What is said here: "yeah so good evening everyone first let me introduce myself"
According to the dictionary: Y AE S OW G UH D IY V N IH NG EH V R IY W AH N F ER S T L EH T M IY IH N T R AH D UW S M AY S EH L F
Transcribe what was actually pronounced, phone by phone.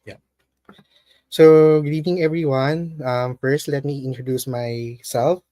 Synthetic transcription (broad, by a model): Y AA S OW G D IY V IH NG EH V R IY W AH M F ER S T L EH T M IY IH N T R AH D UW S M AY S EH L F